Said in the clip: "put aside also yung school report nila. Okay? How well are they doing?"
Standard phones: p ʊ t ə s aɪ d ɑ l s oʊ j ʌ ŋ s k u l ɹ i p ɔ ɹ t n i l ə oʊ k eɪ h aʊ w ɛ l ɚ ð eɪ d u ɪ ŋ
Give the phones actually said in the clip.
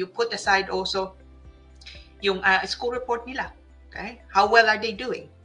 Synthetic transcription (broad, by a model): p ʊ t ə s aɪ d ɑ l s oʊ j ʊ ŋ s k u l ɹ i p ɔ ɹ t n i l ə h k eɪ h aʊ w ɛ l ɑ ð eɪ d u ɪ ŋ